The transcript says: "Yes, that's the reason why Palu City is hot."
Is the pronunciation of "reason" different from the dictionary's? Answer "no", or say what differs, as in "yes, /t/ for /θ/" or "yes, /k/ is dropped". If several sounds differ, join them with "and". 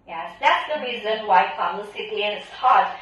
no